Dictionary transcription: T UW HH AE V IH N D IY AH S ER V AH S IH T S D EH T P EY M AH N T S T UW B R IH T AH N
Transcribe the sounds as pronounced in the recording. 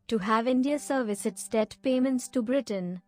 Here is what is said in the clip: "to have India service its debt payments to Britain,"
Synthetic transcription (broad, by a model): T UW HH AE V IH N D IY AH S ER V AH S IH T S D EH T P EY M AH N T S T UW B R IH T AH N